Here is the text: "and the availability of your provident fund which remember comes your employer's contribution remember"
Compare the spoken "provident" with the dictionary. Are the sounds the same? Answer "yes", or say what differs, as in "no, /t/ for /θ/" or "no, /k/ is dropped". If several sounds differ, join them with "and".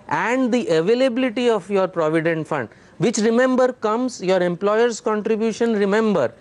yes